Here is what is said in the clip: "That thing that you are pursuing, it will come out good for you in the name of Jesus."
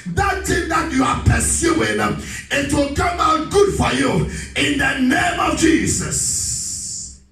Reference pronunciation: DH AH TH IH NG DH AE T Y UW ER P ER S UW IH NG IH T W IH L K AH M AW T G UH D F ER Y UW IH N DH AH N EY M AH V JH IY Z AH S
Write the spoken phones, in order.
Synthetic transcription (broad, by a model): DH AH T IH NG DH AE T Y UW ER P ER S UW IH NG IH T W IH L K AH M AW G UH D F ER Y UW IH N DH AH N EY M AH V JH IY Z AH S